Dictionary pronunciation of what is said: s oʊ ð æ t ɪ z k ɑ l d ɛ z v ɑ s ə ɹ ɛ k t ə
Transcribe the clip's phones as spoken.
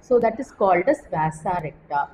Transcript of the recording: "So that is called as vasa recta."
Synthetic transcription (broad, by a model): s oʊ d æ t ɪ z k ɑ l d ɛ s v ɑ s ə ɹ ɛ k t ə